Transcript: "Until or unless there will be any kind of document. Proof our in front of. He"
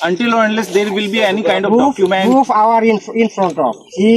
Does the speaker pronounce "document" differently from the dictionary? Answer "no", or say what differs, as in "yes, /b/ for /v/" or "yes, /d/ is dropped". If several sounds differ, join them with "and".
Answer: yes, /k/ is dropped